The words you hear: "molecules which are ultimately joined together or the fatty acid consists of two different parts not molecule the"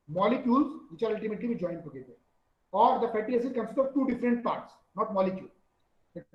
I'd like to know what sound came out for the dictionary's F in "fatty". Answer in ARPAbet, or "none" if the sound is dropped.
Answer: P